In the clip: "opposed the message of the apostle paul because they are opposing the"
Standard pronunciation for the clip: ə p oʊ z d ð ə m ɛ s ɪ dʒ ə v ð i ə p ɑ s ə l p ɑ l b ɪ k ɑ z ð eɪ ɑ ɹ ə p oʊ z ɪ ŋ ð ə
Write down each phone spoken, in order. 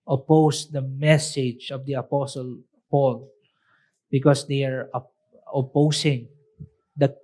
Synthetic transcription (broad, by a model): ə p oʊ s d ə m ɛ s ɪ dʒ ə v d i ə p ɑ s ə l p ɑ l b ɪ k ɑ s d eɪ ɑ ɹ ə p oʊ s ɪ ŋ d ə